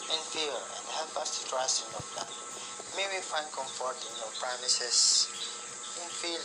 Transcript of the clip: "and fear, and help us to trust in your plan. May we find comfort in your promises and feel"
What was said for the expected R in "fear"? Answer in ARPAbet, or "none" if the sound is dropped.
L